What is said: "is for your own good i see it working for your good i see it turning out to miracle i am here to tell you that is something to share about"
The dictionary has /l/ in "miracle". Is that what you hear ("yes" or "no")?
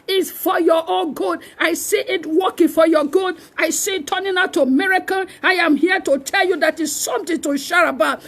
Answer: no